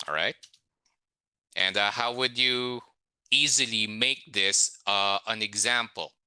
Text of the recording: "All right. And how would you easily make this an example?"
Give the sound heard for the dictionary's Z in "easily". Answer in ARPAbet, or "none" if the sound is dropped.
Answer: Z